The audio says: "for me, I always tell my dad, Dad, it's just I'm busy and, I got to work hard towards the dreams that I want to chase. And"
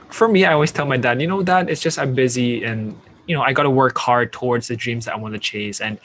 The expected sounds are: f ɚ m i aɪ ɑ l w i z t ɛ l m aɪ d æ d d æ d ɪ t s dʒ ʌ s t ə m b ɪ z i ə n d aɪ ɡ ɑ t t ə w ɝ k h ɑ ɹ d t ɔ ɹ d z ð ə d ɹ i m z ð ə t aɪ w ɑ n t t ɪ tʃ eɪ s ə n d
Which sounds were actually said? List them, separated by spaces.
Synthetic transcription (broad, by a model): f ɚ m i aɪ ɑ l w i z t ɛ l m aɪ d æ d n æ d ɪ t s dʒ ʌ s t ə m b ɪ z i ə n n aɪ ɡ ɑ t t ə w ɝ k h ɑ ɹ d t ɔ ɹ d z ð ə d ɹ i m z ð ə t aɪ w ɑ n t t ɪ tʃ eɪ s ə n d